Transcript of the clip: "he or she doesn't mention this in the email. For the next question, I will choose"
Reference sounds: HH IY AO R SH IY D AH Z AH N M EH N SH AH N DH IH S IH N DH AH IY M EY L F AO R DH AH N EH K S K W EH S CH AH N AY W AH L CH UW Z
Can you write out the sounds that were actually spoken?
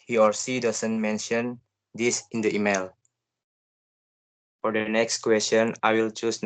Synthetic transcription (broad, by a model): HH IY AO R S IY D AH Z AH N M EH N SH AH N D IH S IH N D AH IY M EY L F AO R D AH N EH K S K W EH S CH AH N AY W AH L CH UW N